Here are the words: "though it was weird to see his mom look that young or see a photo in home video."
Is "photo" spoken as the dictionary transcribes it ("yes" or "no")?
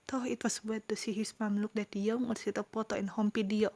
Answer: no